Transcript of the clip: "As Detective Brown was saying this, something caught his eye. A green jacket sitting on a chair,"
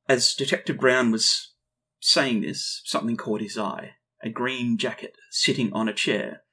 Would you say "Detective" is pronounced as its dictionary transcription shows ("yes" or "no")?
yes